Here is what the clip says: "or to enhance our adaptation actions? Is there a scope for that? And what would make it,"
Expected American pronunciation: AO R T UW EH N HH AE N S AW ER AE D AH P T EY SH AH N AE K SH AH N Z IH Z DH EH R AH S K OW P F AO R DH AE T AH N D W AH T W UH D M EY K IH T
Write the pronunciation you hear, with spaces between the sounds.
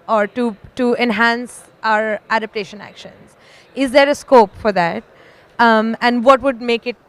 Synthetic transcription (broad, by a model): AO R T UW EH N HH AE N S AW ER AE D AH P T EY SH AH N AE K SH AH N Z IH Z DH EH R AH S K OW P F AO R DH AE T AH N D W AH T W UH D M EY K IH T